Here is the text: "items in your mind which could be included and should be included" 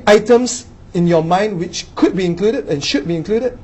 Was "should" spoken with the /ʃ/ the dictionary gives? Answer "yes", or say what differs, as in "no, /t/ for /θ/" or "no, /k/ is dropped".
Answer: yes